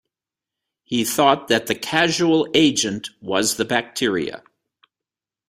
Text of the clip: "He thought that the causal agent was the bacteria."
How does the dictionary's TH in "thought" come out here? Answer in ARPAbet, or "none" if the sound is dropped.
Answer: TH